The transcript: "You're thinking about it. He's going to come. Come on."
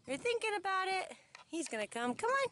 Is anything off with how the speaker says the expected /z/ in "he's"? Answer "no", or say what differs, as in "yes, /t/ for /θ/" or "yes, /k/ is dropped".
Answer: no